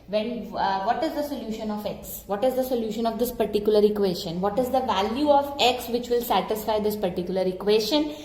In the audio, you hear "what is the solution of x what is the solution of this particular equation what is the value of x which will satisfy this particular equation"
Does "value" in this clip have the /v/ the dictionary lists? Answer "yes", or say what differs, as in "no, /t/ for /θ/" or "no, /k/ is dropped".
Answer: yes